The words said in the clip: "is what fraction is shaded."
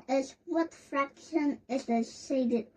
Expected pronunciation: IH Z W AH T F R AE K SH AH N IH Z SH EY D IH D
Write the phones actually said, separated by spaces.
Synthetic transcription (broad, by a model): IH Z W AH T F R AE K SH AH N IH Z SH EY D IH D